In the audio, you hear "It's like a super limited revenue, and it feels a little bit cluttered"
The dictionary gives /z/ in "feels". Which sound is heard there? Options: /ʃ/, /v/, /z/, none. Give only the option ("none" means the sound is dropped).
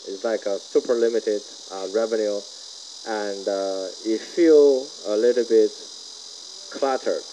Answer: none